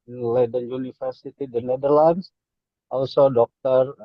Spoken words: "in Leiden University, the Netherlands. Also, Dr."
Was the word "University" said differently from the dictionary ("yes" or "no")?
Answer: yes